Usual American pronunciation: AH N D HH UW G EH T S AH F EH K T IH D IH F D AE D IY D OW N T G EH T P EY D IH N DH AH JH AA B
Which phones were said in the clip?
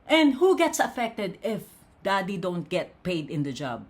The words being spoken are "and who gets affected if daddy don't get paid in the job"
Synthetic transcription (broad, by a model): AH N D HH UW G EH T S AH F EH K T IH D IH F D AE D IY D OW N T G EH T P EY D IH N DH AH JH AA B